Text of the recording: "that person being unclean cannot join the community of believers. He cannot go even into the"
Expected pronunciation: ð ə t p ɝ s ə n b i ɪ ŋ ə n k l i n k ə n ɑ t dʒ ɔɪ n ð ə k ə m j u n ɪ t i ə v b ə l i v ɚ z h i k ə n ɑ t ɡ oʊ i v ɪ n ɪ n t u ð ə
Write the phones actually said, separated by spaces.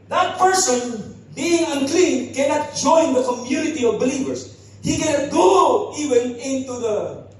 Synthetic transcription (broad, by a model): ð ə t p ɝ s ə n b i ɪ ŋ ə n k l i n k ə n ɑ t dʒ ɔɪ n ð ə k ə m j u n ɪ t i ə v b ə l i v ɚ s h i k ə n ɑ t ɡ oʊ i v ɪ n ɪ n t u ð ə